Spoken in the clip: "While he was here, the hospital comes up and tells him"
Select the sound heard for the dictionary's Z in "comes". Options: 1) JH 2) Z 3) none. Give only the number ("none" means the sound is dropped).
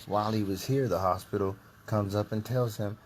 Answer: 2